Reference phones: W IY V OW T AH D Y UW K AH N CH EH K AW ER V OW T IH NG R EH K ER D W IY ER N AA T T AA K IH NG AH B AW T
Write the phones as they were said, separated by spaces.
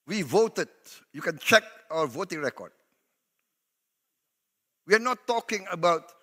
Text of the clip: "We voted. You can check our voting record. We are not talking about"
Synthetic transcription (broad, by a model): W IY V OW T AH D Y UW K AH N CH EH K AW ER V OW T IH NG R EH K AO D W IY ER N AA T T AA K IH NG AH B AW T